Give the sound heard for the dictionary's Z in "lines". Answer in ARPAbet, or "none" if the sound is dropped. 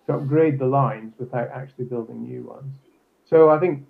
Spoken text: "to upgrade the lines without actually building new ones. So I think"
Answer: Z